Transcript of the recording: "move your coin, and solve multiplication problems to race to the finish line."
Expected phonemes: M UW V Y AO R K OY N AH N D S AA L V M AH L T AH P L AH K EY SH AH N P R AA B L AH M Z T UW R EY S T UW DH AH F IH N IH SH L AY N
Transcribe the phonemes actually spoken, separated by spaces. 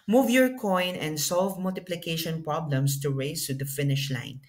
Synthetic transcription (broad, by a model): M UW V Y AO R K OY N AH N D S AA L V M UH L T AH P L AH K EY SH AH N P R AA B L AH M S T UW R EY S T UW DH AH F IH N IH SH L AY N